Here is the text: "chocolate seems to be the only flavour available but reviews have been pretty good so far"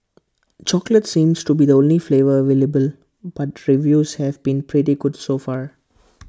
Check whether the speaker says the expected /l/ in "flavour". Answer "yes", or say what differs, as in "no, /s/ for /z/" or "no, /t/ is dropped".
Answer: yes